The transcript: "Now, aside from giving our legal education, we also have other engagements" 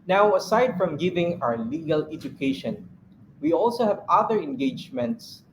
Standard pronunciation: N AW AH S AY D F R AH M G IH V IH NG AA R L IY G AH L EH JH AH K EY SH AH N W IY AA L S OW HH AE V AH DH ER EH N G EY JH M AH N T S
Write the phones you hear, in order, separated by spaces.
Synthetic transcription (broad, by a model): N AW AH S AY D F R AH M G IH V IH NG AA W L IY G AH L EH JH AH K EY SH AH N W IY AA L S OW HH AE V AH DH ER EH N G EY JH M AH N T S